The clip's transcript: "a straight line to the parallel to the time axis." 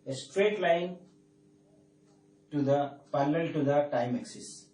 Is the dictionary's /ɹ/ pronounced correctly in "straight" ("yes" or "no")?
yes